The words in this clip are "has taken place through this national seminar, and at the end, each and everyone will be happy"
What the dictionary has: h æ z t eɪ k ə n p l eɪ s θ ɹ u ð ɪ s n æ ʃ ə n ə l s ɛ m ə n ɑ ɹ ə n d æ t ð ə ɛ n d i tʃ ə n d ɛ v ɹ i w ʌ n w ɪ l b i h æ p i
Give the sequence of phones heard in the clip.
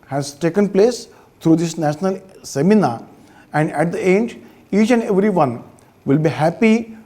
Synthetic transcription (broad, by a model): h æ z t eɪ k ə n p l eɪ s t ɹ u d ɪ s n æ ʃ ə n ə l s ɛ m ə n ɑ ɹ ə n d æ t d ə ɛ n d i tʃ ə n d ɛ v ɹ i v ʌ n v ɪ l b i h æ p i